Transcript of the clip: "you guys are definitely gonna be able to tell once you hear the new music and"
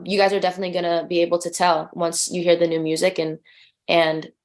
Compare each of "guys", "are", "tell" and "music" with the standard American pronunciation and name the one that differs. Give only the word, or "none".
none